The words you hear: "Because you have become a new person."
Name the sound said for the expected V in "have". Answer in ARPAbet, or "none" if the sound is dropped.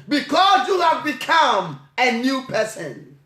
V